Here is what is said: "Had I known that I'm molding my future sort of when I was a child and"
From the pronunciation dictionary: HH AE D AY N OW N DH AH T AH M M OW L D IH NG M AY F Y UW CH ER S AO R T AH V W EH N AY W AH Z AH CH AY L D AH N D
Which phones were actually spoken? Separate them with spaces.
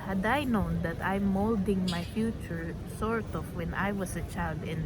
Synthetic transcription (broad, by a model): HH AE D AY N OW N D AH T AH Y M OW L D IH NG M AY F Y UW CH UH S AO R T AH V W EH N AY W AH S AH CH AY L D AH N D